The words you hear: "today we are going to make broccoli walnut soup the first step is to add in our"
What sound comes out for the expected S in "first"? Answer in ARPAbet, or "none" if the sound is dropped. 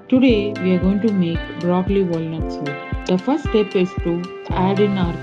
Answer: none